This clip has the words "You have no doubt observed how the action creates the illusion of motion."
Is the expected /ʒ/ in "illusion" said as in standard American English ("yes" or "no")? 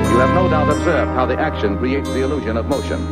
yes